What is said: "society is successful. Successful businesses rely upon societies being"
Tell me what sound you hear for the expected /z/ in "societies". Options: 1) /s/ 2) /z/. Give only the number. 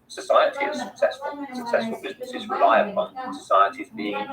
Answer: 2